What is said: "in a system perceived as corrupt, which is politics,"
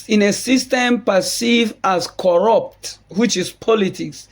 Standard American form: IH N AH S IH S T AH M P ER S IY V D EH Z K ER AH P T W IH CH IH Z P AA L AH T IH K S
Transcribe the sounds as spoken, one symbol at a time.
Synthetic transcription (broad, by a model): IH N AH S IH S T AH M P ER S IY V AA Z K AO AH P T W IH CH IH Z P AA L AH T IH K S